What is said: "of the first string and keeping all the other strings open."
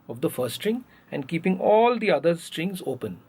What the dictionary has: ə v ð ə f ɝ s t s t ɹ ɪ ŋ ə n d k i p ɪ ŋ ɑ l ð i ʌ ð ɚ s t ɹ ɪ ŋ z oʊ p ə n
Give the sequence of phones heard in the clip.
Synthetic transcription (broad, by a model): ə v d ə f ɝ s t s t ɹ ɪ ŋ ə n d k i p ɪ ŋ ɑ l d i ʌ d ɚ s t ɹ ɪ ŋ z oʊ p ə n